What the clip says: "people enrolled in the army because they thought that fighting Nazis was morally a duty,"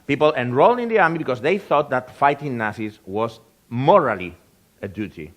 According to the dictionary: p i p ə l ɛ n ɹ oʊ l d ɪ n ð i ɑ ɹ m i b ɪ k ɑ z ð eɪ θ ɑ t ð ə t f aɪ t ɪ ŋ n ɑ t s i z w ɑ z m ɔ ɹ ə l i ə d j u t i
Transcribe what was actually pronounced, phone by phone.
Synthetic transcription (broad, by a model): p i p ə l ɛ n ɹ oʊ l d ɪ n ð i ɑ ɹ m i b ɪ k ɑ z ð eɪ θ ɑ t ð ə t f aɪ t ɪ ŋ n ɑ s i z w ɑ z m ɔ ɹ ə l i ə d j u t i